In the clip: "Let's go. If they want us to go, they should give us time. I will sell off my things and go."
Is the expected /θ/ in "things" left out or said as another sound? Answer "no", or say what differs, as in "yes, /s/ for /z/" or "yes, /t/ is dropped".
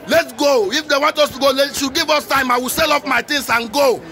yes, /t/ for /θ/